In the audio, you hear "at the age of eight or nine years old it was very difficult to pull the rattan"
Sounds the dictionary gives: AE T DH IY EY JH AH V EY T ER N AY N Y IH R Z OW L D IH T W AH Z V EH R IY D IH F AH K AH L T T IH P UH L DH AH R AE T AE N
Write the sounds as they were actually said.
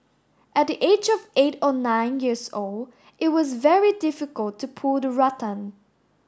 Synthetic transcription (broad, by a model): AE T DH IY EY JH AH V EY T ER N AY N Y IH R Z OW L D IH T W AH Z V EH R IY D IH F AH K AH L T T IH P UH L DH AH R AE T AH N